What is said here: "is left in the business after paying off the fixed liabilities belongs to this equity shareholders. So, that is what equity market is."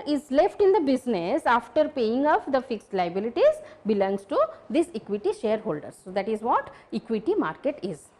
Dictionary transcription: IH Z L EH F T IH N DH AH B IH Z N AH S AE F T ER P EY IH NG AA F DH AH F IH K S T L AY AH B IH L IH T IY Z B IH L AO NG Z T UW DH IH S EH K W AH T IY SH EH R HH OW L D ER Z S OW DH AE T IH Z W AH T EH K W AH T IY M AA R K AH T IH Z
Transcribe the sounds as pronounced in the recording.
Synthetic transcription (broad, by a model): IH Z L EH F T IH N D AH B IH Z N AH S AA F T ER P EY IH NG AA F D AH F IH K S T L AY AH B IH L IH T IY Z B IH L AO NG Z T UW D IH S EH K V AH T IY SH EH R HH OW L D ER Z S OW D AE T IH Z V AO T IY K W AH T IY M AA R K AH T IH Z